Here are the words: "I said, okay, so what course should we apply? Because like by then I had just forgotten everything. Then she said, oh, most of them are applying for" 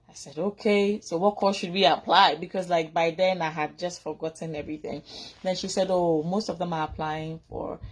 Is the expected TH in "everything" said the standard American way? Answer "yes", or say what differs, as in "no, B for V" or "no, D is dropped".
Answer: yes